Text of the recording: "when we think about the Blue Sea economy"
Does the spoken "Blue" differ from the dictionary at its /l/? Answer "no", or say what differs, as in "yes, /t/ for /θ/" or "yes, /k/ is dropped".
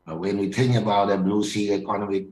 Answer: yes, /n/ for /l/